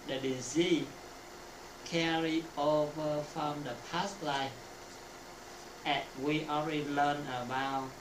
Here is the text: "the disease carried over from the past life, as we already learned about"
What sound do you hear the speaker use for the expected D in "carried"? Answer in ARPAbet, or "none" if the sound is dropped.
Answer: none